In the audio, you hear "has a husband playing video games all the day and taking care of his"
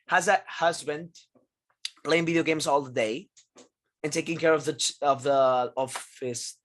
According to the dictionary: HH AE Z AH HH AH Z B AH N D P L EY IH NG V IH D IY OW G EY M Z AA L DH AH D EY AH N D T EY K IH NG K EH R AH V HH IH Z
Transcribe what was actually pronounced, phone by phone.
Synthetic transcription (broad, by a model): HH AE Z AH HH AH Z B AH N D P L EY IH NG V IH D IY OW G EY M Z AA L DH AH D EY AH N T EY K IH NG K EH R AH V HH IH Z